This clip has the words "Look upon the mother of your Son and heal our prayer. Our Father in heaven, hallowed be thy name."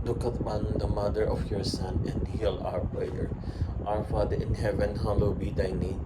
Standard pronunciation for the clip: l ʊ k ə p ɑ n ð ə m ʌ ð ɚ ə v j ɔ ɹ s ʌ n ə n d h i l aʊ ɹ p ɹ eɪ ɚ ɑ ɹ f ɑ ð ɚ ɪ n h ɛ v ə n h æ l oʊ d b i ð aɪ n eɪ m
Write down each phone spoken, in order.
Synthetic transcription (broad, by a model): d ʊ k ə b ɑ n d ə m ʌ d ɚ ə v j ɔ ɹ s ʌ n ə n d h i l aʊ ɹ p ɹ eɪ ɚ ɑ ɹ f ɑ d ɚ ɪ n h ɛ v ə n h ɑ l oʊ b i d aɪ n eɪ